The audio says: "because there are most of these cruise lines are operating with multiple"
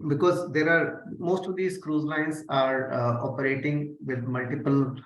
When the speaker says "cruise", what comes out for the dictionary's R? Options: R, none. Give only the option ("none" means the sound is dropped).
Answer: R